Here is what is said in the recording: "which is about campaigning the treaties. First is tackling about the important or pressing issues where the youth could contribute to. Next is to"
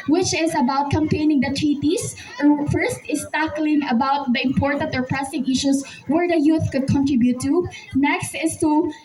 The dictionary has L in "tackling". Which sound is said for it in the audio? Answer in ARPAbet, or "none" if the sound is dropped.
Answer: L